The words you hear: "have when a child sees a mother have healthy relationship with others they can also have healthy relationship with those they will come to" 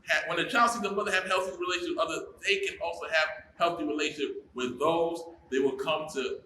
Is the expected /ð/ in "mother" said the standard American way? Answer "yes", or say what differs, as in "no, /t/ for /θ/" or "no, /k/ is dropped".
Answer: yes